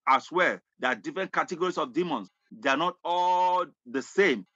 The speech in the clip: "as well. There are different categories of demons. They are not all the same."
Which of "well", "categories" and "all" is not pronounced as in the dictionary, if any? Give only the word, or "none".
categories